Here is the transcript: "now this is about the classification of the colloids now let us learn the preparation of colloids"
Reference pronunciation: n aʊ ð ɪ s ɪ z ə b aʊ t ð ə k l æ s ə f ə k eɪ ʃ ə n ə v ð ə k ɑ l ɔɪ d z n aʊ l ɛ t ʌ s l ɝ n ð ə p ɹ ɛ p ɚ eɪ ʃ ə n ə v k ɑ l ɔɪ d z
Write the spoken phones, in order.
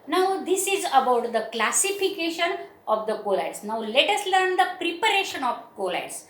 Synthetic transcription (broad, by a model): n aʊ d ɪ s ɪ z ə b aʊ t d ə k l æ s ə f ə k eɪ ʃ ə n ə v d ə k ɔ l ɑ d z n aʊ l ɛ t ʌ s l ɝ n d ə p ɹ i p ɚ eɪ ʃ ə n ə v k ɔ l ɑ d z